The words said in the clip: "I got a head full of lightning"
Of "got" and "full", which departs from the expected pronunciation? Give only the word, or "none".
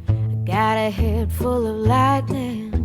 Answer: none